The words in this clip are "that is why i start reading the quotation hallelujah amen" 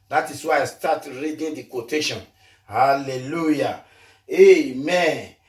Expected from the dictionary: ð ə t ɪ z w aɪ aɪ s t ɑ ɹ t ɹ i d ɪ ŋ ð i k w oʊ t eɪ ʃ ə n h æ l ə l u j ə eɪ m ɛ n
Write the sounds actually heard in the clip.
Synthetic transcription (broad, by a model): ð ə t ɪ s w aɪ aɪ s t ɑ t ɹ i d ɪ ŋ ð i k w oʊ t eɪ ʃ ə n h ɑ l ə l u j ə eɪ m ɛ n